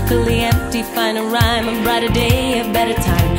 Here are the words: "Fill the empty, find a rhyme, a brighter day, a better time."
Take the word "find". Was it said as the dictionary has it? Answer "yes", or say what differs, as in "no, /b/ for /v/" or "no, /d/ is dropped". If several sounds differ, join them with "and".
no, /d/ is dropped